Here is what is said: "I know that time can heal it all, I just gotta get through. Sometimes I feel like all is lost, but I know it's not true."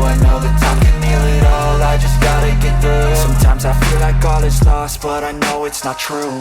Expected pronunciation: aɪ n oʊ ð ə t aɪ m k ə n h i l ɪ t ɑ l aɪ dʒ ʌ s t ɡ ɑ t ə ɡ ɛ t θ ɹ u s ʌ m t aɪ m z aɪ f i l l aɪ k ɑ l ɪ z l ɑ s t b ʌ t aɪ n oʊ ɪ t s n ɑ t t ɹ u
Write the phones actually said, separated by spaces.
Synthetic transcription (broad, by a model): aɪ n oʊ ð ə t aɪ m k ə n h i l ɪ t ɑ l aɪ dʒ ʌ s ɡ ɑ t ə ɡ ɛ t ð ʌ s ʌ m t aɪ m z aɪ f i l l aɪ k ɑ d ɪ s l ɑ s t b ʌ t aɪ n oʊ ɪ t s n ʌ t t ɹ u